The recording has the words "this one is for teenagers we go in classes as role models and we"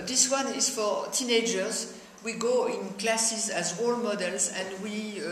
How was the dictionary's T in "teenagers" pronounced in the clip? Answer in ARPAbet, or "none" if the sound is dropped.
T